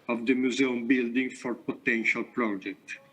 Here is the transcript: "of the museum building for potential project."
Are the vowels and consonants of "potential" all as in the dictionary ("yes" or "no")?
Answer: yes